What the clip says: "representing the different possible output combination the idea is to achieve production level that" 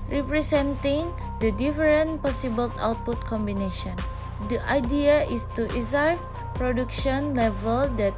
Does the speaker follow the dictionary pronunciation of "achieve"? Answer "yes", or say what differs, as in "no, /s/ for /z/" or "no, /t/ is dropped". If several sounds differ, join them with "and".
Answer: no, /s/ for /tʃ/